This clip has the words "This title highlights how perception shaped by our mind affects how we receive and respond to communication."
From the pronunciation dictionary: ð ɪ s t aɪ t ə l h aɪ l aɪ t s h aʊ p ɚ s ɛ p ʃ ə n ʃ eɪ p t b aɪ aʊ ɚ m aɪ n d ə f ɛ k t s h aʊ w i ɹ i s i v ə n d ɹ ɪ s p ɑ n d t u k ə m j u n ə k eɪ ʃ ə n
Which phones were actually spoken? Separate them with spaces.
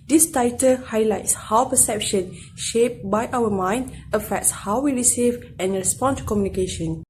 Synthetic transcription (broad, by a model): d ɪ s t aɪ t ə l h aɪ l aɪ t s h aʊ p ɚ s ɛ p ʃ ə n ʃ eɪ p b aɪ aʊ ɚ m aɪ n d ə f ɛ k t s h aʊ w i ɹ i s i v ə n ɹ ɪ s p ɑ n t u k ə m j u n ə k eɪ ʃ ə n